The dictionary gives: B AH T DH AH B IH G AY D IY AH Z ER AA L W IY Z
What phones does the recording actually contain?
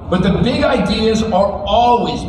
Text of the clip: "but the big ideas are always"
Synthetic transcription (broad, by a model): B AH T DH AH B IH G AY D IY AH Z ER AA L W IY Z